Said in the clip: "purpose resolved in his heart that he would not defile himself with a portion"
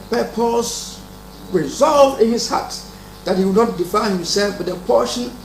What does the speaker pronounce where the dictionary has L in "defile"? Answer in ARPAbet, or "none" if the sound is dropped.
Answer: N